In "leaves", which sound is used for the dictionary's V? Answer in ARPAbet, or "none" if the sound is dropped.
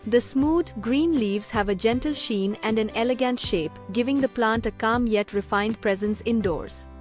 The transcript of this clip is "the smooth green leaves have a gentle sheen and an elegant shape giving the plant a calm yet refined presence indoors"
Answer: V